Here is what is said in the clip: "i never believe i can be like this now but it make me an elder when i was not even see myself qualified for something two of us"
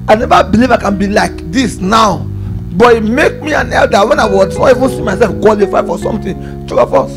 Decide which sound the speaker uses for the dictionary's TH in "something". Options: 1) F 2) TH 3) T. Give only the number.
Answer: 3